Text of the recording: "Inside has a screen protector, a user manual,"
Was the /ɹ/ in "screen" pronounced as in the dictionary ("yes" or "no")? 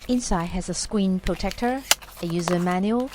no